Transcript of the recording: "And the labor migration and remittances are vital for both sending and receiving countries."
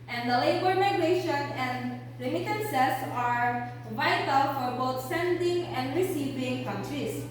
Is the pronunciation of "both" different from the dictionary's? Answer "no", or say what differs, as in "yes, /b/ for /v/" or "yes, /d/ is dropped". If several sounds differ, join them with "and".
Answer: yes, /t/ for /θ/